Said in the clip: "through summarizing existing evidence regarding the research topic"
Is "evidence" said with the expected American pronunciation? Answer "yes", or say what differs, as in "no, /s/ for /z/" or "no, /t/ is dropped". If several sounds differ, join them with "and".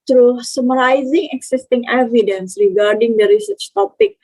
yes